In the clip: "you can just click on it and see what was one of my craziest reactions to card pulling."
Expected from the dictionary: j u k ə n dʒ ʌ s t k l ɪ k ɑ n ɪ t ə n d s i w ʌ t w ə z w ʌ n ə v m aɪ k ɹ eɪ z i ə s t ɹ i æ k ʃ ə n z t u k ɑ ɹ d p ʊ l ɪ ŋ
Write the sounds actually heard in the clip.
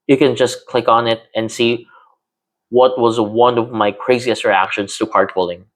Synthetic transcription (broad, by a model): j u k ə n dʒ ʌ s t k l ɪ k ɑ n ɪ t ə n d s i w ʌ t w ə z w ʌ n ə v m aɪ k ɹ eɪ z i ə s t ɹ i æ k ʃ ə n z t u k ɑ ɹ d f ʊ l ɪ ŋ